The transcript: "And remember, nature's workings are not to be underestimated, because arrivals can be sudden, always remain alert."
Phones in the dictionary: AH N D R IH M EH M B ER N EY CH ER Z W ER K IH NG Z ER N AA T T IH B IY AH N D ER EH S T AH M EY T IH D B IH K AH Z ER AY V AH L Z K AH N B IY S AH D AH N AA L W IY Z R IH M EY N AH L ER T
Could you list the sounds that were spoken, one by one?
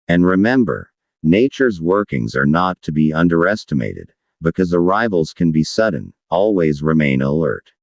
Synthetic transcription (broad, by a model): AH N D R IH M EH M B ER N EY CH ER Z W ER K IH NG Z ER N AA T T IH B IY AH N D ER EH S T AH M EY T IH D B IH K AH Z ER AY V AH L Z K AH N B IY S AH D N AA L W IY Z R IH M EY N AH L ER T